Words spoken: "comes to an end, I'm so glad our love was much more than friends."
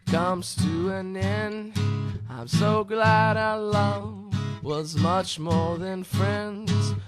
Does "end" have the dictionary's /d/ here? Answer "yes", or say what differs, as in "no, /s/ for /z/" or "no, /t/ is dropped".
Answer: no, /d/ is dropped